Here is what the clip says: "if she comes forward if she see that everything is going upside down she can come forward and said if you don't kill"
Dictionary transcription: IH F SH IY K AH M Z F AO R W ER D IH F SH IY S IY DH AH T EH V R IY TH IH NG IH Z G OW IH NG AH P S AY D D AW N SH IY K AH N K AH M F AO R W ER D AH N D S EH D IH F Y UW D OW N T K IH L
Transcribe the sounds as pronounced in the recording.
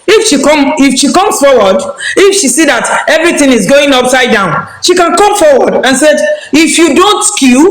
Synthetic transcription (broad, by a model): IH F SH IY K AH M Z F AO W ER D IH F SH IY S IY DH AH T EH V R IY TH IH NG IH Z G OW IH NG AH P S AY D D AW N SH IY K AH N K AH M F AO W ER D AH N S EH D IH F Y UW D OW N T K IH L